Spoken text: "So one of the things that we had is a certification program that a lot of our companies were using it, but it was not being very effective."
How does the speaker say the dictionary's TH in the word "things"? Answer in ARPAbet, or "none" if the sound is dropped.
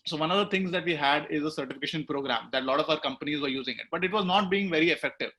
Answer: T